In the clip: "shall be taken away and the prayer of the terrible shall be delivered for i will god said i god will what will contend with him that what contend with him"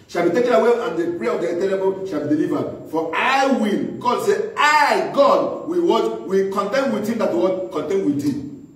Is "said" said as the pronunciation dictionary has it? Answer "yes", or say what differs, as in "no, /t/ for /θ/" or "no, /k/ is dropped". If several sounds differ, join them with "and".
no, /d/ is dropped